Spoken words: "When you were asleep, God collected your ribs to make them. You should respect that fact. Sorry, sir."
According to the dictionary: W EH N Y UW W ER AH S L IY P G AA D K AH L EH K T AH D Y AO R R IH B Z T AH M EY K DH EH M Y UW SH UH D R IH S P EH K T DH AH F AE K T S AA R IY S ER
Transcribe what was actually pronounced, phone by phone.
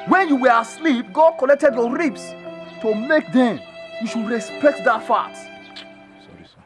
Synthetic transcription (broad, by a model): W EH N Y UW W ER AH S L IY P G AA D K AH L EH K T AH D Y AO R R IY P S T AH M EY K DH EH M Y UW SH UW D R IH S P EH K T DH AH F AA T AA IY